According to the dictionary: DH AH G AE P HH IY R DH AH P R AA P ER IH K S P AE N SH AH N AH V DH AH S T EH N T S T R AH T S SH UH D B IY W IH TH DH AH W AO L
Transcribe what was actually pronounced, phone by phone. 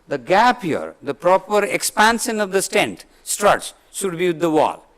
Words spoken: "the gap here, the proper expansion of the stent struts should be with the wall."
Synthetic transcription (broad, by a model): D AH G AE P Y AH R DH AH P R AA P ER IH K S P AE N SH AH N AH V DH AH S T EH N T S T R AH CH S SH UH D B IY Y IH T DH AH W AO L